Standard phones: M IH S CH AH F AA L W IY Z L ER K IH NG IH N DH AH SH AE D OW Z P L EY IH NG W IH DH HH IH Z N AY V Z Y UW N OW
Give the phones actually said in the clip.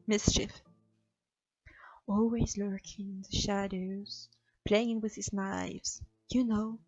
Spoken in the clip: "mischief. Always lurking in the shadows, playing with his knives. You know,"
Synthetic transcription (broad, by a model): M IH S CH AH F AA L W IY Z L ER K IH NG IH N DH AH SH AE D OW Z P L EY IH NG W IH DH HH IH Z N AY V Z Y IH N OW